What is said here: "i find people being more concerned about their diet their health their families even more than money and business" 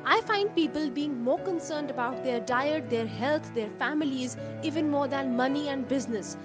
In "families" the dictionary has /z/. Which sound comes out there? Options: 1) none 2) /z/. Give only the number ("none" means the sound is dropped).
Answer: 2